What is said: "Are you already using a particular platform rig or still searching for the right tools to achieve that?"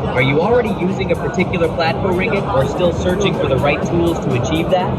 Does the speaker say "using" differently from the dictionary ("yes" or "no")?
no